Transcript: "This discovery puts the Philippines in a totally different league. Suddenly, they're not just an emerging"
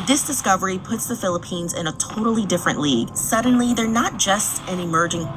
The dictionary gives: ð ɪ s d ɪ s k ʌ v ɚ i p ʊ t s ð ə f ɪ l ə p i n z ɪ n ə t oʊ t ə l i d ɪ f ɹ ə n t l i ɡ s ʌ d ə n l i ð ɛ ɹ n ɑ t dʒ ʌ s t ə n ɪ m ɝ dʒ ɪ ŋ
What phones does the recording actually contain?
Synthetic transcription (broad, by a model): ð ɪ s d ɪ s k ʌ v ɚ i p ʊ t s ð ə f ɪ l ə p i n z ɪ n ə t oʊ t l i d ɪ f ɹ ə n t l i ɡ s ʌ d n l i ð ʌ ɹ n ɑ t dʒ ʌ s t ə n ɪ m ɝ dʒ ɪ ŋ